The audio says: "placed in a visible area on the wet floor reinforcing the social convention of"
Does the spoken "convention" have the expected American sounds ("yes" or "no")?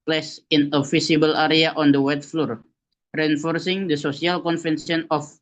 no